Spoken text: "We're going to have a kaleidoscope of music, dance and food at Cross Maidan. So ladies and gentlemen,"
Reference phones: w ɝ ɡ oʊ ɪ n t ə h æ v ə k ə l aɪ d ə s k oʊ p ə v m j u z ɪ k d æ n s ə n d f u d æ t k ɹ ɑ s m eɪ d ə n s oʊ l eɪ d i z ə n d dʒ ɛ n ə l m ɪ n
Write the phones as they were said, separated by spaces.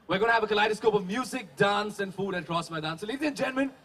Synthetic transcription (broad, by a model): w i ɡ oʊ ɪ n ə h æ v ə k ə l aɪ d ə s k oʊ p ə v m j u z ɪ k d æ n s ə n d f u d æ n k ɹ ɑ s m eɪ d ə n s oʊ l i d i ə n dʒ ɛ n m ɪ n